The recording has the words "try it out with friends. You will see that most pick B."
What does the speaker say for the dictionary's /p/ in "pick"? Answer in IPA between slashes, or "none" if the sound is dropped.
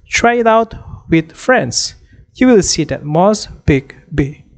/b/